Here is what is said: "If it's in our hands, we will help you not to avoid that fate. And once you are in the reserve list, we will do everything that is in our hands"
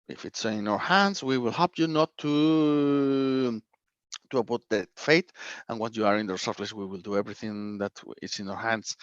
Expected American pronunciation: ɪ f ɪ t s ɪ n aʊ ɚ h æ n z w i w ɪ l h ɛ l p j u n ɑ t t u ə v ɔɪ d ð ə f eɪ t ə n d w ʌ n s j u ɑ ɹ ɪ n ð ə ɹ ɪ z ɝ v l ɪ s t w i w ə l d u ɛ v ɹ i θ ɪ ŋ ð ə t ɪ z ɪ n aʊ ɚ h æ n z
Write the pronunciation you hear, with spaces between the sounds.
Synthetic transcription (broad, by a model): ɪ f ɪ t s ɪ n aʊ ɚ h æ n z w i w ɪ l h ɛ l p j u n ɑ t t u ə p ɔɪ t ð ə f eɪ t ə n w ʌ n j u ɑ ɹ ɪ n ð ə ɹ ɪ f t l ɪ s w i w ə l d u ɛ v ɹ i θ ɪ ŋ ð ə t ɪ s ɪ n aʊ ɚ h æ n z